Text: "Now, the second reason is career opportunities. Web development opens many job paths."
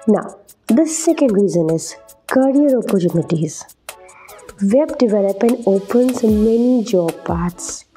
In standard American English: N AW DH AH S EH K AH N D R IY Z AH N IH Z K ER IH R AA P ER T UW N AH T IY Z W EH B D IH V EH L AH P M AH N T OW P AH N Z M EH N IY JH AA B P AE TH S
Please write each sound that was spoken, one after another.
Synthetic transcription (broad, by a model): N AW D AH S EH K AH N D R IY Z AH N IH Z K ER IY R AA P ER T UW N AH T IY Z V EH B D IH V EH L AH P AH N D OW P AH N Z M EH N IY JH AA B P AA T S